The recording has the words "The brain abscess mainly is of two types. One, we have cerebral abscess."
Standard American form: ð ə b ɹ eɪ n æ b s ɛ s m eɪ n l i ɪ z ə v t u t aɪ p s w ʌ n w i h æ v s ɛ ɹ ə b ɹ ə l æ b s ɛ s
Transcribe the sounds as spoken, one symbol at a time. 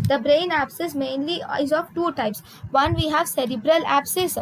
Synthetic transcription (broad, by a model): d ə b ɹ eɪ n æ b s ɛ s m eɪ n l i ɪ z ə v t u t aɪ p s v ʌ n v i h æ v s ɛ ɹ ə b ɹ ə l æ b s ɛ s